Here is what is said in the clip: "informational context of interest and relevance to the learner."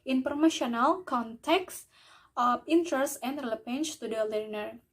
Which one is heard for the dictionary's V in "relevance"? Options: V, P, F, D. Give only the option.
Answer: P